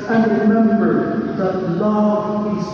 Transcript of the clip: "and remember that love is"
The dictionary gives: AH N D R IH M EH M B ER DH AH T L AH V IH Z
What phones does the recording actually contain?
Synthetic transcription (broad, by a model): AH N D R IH M EH M B ER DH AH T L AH IH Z